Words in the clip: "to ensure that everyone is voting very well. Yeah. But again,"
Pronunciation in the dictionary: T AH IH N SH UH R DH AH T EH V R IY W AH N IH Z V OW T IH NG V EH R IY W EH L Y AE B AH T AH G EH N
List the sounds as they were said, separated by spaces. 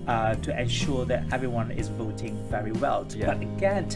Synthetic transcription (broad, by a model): T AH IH N SH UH R DH AH T EH V R IY W AH N IH Z V OW T IH NG V EH R IY W EH L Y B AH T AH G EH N